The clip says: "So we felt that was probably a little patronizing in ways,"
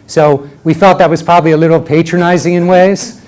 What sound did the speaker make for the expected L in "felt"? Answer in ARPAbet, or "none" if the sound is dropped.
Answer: none